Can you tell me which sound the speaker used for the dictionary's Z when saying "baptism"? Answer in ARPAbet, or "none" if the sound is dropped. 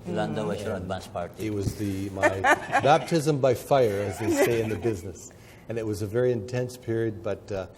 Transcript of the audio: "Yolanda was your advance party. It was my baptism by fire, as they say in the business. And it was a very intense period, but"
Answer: Z